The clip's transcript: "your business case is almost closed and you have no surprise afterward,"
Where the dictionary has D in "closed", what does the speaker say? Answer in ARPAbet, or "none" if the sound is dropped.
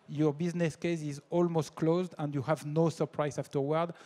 D